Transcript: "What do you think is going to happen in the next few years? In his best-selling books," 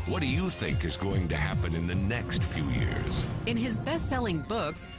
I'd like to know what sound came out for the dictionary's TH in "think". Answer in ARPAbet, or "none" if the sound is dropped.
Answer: TH